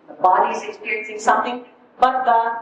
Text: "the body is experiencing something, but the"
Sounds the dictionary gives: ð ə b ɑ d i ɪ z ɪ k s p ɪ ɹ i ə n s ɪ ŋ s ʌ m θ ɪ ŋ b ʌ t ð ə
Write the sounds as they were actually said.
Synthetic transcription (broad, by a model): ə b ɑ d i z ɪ k s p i ɹ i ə n s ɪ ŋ s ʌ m t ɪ ŋ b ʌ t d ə